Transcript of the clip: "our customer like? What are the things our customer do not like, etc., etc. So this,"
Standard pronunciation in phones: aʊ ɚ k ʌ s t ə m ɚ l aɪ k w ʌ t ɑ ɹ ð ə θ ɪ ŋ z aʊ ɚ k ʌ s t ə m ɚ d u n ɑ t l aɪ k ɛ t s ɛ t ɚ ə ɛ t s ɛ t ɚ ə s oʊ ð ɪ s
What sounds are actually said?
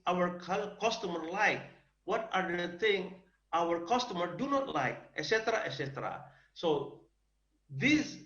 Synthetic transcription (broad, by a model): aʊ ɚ k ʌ s t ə m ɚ l aɪ k w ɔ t ɑ ɹ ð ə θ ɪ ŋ aʊ ɚ k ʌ s t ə m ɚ d u n ɑ t l aɪ k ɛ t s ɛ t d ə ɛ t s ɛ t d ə s oʊ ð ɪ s